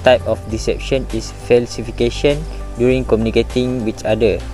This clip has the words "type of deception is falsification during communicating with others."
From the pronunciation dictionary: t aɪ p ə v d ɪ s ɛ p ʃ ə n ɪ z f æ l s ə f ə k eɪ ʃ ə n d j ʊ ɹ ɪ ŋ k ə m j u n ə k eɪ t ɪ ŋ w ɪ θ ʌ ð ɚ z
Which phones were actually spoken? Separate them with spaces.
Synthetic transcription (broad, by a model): t aɪ p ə f d ɪ s ɛ p ʃ ə n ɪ s f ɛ l s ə f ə k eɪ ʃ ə n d j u ɹ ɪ ŋ k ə m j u n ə k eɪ t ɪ ŋ w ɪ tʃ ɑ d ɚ